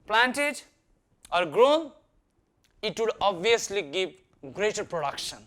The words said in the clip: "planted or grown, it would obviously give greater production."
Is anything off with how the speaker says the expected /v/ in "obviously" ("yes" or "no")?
yes